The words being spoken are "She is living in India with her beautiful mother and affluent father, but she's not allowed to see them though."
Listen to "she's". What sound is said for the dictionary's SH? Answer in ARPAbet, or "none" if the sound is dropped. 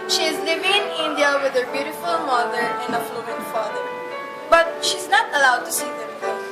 SH